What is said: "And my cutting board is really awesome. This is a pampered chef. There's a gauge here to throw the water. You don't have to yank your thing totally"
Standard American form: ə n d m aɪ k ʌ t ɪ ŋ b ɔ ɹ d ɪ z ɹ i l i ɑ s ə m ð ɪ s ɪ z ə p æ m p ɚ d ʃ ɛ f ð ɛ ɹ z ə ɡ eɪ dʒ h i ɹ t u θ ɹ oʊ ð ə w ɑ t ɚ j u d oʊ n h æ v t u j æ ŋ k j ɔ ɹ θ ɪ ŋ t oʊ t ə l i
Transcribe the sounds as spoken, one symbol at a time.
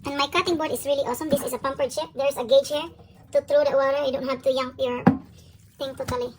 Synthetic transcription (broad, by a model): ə n m aɪ k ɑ t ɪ ŋ b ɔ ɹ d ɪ s ɹ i l i ɑ s ə m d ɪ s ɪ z ə p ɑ m p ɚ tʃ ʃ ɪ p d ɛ ɹ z ə ɡ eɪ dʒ h i ɹ t u t ɹ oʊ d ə w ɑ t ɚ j d oʊ n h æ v t u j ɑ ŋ j ɔ ɹ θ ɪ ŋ t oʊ t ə l i